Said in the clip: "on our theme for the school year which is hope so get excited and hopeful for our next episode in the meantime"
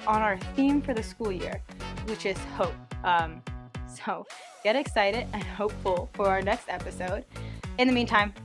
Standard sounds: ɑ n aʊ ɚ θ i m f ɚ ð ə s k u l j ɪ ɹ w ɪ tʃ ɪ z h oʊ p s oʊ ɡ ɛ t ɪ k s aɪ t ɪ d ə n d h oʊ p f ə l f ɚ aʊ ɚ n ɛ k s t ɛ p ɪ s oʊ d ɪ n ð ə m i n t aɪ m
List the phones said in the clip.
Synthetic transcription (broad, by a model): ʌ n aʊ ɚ θ i m f ɚ ð ə s k u l j ɪ ɹ w ɪ tʃ ɪ z h oʊ p s oʊ ɡ ɛ t ɪ k s aɪ t ɪ d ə n h oʊ p f l f ɚ aʊ ɚ n ɛ k s t ɛ p ɪ s oʊ d ɪ n ð ə m i n t aɪ m